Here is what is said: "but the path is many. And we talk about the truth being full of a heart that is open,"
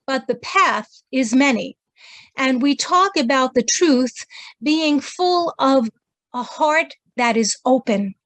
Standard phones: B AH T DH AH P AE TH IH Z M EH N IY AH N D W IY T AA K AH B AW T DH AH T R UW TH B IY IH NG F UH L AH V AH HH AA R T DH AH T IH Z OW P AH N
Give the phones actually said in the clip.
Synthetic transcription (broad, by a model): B AH T DH AH P AE TH IH Z M EH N IY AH N W IY T AA K AH B AW T DH AH T R UW TH B IY IH NG F UH L AH V AH HH AA R T DH AH T IH Z OW P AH N